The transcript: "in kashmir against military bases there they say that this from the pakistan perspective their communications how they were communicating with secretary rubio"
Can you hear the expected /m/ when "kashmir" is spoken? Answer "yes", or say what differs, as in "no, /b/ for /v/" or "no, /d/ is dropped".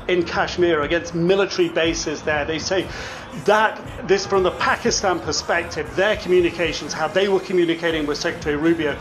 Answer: yes